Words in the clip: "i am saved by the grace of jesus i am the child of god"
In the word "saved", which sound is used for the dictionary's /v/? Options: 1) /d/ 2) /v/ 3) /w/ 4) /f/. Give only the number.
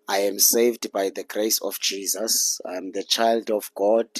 2